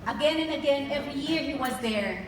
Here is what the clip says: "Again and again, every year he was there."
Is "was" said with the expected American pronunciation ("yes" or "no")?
yes